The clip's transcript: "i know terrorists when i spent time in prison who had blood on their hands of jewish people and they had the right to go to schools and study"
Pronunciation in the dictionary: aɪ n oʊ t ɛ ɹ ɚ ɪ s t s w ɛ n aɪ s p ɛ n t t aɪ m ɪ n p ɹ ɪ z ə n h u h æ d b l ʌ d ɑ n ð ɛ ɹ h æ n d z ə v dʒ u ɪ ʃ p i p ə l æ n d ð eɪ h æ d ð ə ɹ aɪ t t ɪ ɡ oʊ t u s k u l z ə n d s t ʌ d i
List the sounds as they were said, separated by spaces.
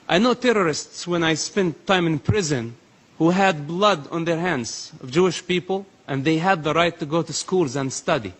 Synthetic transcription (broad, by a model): aɪ n oʊ t ɛ ɹ ɚ ɪ s t s w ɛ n aɪ s p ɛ n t t aɪ m ɪ n p ɹ ɪ z ə n h u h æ d b l ʌ d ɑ n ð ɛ ɹ h æ n d z ə v dʒ u ɪ ʃ p i p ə l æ n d ð eɪ h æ d ð ə ɹ aɪ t t ɪ ɡ oʊ t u s k u l z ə n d s t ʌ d i